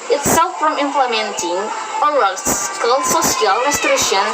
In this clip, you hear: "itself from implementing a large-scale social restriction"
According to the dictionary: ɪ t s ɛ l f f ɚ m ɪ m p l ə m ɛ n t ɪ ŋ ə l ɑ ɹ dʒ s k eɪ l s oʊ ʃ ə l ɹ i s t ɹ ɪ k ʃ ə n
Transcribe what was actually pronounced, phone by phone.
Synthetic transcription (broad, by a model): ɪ t s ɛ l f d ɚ m ɪ m p l ə m ɛ n t ɪ ŋ ə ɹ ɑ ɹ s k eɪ l s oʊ s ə l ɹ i s t ɹ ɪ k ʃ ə n